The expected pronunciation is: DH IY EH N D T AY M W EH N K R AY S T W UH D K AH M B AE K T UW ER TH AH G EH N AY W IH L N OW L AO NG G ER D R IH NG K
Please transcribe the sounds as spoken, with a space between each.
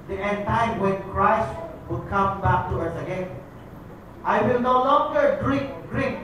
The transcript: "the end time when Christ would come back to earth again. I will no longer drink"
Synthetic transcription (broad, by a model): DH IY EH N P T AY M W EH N K R AY S T W UH D K AH M B AE K T UW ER S AH G EH N AY W IH L N OW L AO NG G ER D R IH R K